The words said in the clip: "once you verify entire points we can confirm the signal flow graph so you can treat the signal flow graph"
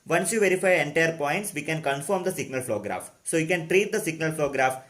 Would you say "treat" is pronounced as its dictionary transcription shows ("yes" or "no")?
yes